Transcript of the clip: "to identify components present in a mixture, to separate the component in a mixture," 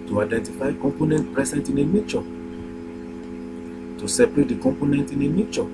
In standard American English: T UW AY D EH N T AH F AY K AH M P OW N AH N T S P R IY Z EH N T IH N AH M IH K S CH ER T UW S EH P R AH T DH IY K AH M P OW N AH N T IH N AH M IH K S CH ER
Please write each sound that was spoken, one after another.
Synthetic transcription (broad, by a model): T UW AY D EH N T AH F AY K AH M P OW N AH N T P R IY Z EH N T IH N AH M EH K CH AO T UW S EH P R AH T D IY K AH M P OW N AH N T IH N AH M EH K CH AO